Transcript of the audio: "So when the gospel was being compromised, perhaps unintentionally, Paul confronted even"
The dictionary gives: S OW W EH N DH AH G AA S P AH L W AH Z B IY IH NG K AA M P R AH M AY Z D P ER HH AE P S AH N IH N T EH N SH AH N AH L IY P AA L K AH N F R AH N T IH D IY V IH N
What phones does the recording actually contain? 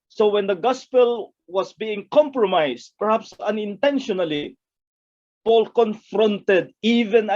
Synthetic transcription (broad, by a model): S OW W EH N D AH G AA S P AH L W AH S B IY IH NG K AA M P R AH M AY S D P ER HH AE P S AH N IH N T EH N SH AH N AH L IY P AA L K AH N F R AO N T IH D IY V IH N